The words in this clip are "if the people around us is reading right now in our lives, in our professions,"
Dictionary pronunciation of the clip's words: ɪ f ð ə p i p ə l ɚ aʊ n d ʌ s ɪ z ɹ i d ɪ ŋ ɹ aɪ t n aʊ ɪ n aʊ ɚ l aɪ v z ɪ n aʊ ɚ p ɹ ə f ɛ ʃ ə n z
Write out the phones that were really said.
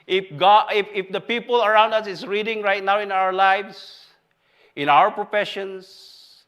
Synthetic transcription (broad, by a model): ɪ f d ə p i p ə l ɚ aʊ n d ʌ s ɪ s ɹ i d ɪ ŋ ɹ aɪ t n aʊ ɪ n aʊ ɚ l aɪ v s ɪ n aʊ ɚ p ɹ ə f ɛ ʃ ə n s